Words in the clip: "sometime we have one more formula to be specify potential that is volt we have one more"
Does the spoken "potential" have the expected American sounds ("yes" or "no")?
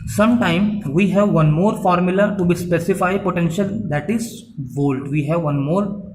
yes